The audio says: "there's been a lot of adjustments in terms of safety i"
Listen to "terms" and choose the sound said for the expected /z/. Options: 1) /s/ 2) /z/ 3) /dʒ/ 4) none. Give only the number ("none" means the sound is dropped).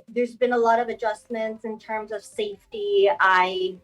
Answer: 2